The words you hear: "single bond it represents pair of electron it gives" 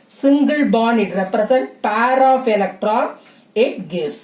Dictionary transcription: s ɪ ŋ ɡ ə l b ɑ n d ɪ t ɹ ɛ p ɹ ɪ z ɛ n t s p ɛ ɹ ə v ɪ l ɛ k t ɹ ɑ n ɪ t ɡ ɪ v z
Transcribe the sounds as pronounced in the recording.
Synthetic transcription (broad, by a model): s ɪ ŋ ɡ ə l b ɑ n ɪ t ɹ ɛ p ɹ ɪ s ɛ n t p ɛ ɹ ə f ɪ l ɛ k t ɹ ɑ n ɪ t ɡ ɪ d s